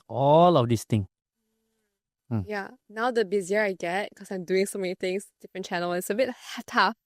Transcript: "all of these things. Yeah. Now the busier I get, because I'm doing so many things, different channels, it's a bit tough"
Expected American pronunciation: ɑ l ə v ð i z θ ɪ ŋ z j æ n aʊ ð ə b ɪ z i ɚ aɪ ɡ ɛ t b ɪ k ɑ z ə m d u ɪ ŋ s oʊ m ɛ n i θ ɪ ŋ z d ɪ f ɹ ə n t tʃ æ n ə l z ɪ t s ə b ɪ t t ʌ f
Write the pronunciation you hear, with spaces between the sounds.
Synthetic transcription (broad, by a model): ɑ l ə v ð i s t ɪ ŋ j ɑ n aʊ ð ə b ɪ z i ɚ aɪ ɡ ɛ t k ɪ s ɑ ə m d u ɪ ŋ s oʊ m ɛ n i t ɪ ŋ s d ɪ f ɹ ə n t tʃ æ n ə l ɪ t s ə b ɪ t t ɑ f